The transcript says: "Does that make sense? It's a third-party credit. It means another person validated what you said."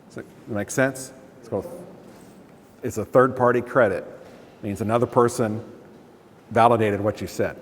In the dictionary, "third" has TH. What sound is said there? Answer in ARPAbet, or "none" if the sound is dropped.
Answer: TH